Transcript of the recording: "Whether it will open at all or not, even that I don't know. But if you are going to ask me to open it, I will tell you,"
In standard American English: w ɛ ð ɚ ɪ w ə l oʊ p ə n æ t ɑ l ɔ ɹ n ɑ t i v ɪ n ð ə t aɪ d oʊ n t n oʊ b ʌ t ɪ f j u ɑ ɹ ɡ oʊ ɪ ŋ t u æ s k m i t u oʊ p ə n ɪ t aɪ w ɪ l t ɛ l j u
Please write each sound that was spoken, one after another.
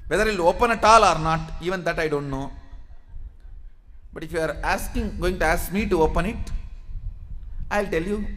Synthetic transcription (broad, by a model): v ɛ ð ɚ ɪ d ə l oʊ p ə n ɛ t ɑ l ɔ ɹ n ɑ t i v ɪ n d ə t aɪ d oʊ n t n oʊ b ʌ t ɪ f j u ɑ ɹ ɡ oʊ ɪ ŋ t u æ s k m i t u oʊ p ə n ɪ t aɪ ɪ l t ɛ l j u